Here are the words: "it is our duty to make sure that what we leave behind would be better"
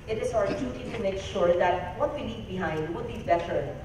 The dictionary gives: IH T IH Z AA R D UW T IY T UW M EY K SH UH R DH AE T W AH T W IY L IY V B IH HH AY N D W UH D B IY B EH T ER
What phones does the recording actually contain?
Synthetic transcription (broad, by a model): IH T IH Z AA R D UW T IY T UW M EY K SH UH R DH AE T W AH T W IY N IY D B IH HH AY N D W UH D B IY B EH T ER